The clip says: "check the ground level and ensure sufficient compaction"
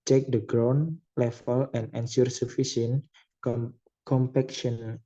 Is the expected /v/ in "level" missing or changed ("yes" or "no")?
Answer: yes